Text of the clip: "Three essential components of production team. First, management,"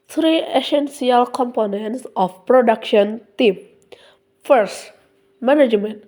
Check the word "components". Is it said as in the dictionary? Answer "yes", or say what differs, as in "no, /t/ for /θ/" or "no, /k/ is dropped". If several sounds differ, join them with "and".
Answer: yes